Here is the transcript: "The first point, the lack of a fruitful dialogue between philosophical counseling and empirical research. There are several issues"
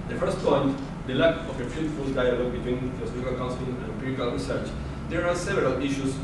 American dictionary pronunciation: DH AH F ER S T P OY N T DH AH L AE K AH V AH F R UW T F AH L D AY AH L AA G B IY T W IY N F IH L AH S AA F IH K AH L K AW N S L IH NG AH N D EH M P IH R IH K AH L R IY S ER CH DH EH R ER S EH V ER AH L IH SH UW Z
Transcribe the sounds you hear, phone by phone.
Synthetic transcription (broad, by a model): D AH F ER S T P OY N T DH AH L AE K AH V AH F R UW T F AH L D AY AH L AA G B IY T W IY N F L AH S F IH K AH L K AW N S IH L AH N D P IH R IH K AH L R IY S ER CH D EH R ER S EH V ER AH L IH SH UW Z